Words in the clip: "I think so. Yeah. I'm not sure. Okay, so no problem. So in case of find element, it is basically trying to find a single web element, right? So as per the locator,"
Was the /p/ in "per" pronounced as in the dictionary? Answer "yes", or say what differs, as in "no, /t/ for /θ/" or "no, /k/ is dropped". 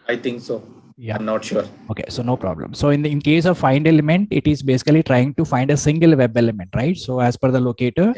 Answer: no, /f/ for /p/